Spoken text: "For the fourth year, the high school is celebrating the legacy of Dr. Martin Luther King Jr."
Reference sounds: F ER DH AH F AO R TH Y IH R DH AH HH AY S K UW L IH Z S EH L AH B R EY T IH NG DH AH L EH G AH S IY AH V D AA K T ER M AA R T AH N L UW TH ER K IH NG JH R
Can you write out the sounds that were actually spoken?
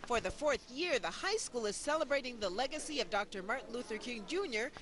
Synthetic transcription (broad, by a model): F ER DH AH F AO R TH Y IH R DH AH HH AY S K UW L IH Z S EH L AH B R EY T IH NG DH AH L EH G AH S IY AH V D AA K T ER M AA R T N L UW TH ER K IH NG JH R